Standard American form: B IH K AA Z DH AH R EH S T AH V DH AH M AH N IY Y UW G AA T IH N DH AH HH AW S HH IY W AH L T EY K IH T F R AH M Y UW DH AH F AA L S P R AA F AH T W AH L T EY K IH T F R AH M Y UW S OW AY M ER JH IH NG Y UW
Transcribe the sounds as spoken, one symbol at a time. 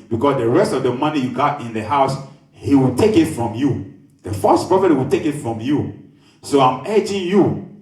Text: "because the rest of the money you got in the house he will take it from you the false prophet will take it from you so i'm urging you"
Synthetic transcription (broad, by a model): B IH K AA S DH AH R EH S T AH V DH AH M AH N IY Y UW G AA T IH N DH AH HH AW S HH IY W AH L T EY K IH T F R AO M Y UW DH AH F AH S P R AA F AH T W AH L T EY K IH T F R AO M Y UW S OW AY M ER JH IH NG Y UW